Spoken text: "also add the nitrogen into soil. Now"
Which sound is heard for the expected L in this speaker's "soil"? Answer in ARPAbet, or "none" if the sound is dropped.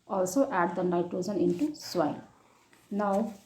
N